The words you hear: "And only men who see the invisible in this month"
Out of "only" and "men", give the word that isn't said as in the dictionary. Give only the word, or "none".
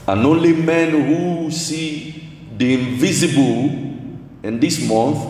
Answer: none